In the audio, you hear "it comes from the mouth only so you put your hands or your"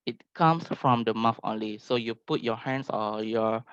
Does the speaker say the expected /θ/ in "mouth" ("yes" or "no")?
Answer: no